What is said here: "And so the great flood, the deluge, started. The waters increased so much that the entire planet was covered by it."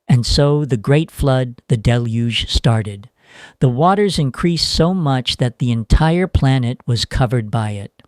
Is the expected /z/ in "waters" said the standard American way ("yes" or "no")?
yes